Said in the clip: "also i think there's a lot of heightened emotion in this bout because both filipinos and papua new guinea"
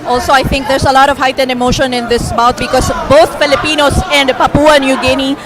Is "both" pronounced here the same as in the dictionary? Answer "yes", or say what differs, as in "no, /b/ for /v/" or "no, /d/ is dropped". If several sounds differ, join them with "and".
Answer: no, /t/ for /θ/